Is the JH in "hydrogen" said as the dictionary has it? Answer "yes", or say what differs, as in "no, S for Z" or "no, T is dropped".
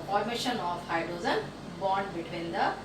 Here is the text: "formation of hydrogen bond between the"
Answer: no, Z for JH